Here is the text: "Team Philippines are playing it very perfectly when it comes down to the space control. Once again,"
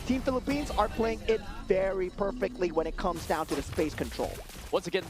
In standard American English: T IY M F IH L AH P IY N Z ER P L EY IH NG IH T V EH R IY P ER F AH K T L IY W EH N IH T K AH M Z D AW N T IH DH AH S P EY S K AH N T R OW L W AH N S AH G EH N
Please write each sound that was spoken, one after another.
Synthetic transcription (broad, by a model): T IY M F IH L AH P IY N Z ER P L EY IH NG IH T V EH R IY P ER F AH K T L IY W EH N IH T K AH M Z D AW N T IH DH AH S P EY S K AH N T R OW L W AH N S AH G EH N